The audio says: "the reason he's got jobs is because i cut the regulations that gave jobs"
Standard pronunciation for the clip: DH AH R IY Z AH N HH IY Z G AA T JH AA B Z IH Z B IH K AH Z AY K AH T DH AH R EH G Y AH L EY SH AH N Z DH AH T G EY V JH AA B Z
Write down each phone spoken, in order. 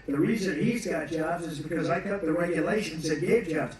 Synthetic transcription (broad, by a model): DH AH R IY Z AH N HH IY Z G AA T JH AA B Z IH Z B IH K AH Z AY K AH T DH AH R EH G Y AH L EY SH AH N Z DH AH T G EY V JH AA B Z